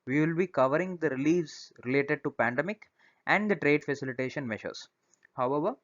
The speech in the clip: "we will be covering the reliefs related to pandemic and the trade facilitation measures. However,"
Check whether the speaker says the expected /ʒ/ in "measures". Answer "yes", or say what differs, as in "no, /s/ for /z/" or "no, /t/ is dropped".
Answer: no, /ʃ/ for /ʒ/